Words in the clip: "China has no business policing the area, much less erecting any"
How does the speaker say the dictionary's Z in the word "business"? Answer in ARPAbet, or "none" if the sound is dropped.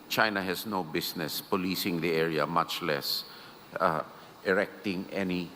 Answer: S